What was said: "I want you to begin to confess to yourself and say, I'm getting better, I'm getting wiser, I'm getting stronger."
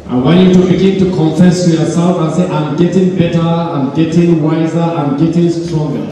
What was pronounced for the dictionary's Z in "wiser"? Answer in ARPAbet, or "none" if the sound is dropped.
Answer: Z